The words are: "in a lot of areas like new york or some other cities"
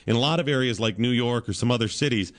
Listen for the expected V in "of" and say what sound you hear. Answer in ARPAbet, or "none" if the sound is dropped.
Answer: V